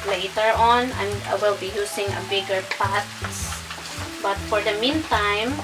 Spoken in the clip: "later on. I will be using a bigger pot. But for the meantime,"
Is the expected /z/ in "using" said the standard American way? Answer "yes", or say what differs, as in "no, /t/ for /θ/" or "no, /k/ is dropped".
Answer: no, /s/ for /z/